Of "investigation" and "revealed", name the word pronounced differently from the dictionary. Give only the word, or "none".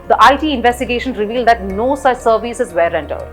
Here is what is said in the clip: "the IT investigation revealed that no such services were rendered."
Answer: none